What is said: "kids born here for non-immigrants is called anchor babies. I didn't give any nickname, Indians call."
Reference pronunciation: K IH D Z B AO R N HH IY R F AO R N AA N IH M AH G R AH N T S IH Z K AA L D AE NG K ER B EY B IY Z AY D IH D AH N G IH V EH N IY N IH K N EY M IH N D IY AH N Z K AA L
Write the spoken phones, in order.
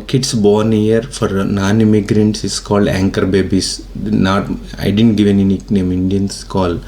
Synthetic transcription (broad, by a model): K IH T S B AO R N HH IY R F AO R N AA N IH M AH G R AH N T S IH S K AA L D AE NG K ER B EY B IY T AY D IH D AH N G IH V EH N IY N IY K N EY M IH N D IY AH N S K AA L